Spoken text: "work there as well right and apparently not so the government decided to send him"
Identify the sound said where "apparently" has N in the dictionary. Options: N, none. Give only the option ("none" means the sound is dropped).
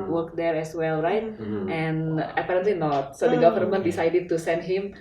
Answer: N